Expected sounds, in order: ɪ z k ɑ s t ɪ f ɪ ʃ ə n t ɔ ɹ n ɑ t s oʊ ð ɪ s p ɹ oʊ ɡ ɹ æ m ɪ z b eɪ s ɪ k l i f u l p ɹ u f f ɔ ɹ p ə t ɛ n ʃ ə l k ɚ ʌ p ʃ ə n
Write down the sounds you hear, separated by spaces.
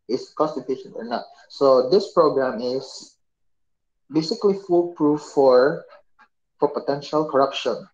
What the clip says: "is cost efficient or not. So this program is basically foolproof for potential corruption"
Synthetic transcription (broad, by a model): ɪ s k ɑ s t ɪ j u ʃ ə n ɔ ɹ n ɑ t s oʊ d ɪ s p ɹ oʊ ɡ ɹ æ m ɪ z b eɪ s ɪ k l i f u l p ɹ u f f ɔ ɹ p ə t ɛ n ʃ ə l k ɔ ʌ p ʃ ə n